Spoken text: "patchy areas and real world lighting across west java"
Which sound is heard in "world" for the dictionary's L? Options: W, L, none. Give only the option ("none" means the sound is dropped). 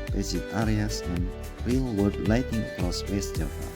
none